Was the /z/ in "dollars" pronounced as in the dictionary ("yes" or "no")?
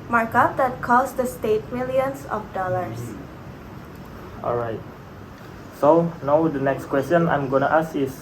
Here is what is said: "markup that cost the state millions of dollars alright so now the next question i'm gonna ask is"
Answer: no